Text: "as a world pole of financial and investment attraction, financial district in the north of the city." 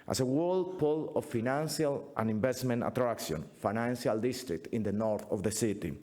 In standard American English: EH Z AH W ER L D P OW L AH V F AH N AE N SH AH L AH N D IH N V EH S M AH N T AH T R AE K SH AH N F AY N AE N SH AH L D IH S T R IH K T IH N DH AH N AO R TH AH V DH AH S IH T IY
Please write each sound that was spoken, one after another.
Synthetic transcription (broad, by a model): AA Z AH W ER L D P OW L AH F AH N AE N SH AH L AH N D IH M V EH S M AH N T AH T R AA K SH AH N F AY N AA N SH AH L D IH S T R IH K T IH N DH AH N AO R TH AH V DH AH S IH T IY